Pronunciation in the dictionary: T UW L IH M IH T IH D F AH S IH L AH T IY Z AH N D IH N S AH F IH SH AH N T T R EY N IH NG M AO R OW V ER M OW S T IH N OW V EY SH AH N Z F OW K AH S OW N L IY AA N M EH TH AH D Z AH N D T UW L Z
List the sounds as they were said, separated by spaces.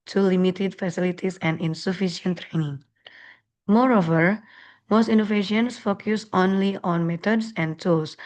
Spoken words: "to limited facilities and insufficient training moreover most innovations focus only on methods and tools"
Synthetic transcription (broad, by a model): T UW L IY M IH T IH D F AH S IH L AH T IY S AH N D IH N S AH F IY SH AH N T T R EY N IH NG M AO R OW V ER M OW S T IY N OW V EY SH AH N S F OW K AH S OW N L IY AA N M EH T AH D S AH N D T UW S